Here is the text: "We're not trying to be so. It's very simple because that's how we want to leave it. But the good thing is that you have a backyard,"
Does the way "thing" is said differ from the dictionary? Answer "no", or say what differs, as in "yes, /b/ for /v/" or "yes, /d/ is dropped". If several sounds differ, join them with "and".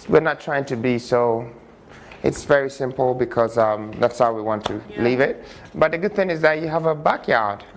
no